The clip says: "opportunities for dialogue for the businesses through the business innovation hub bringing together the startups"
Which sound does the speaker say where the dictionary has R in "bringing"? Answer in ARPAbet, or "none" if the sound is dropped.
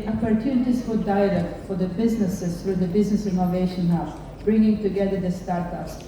R